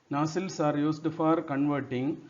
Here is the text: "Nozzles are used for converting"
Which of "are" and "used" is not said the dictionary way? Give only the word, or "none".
used